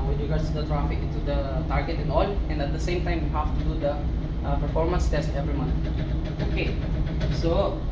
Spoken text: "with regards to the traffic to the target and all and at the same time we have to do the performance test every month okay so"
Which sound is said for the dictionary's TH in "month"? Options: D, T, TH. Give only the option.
T